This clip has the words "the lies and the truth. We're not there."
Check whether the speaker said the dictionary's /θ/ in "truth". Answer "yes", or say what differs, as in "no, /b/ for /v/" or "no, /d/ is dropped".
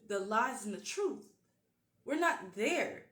yes